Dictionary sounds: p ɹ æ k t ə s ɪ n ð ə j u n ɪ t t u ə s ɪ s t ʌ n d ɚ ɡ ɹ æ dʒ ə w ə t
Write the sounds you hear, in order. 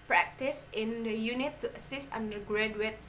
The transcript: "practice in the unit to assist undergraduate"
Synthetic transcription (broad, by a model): p ɹ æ k t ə s ɪ n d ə j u n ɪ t t u ə s ɪ s t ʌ n d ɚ ɡ ɹ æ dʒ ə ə t